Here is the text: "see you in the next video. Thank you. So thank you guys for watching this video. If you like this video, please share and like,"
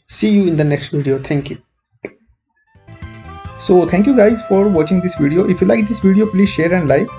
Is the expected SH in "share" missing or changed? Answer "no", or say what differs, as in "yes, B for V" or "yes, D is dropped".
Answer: no